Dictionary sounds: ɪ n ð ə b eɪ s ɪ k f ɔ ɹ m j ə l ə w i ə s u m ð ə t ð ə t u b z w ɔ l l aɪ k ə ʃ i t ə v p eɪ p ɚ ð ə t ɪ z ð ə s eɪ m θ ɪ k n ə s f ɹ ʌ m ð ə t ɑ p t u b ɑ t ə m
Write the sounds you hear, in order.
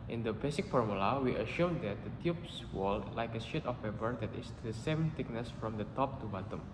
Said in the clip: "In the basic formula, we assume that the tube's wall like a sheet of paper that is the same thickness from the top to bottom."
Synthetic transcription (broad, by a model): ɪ n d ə b eɪ s ɪ k f ɔ ɹ m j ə l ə w i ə ʃ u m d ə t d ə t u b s w ɔ l l aɪ k ə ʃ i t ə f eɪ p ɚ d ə t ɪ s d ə s eɪ m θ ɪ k n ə s f ɹ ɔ m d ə t ɑ p t u b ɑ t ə m